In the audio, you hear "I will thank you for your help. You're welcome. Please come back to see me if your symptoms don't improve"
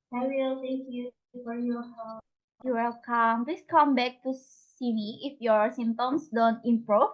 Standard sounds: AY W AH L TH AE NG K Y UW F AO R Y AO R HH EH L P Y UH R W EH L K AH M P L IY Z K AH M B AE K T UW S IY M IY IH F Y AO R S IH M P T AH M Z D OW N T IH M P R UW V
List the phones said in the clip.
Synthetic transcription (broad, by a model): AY W AH L T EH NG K Y UW F AO R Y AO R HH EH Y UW W EH L K AH M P L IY S K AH M B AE K T UW S IY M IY IH F Y AO R S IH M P T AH M S D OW N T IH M P R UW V